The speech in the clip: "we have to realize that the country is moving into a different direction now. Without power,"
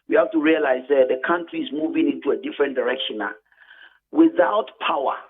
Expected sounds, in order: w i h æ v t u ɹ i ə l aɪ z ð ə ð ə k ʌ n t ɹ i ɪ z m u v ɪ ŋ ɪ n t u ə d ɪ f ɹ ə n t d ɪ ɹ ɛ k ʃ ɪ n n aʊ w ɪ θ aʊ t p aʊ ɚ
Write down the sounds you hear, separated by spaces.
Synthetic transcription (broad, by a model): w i h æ f t u ɹ i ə l aɪ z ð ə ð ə k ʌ n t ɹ i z m u v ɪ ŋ ɪ n t u ə d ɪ f ɹ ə n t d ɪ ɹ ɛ k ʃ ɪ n n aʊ w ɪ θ aʊ t p aʊ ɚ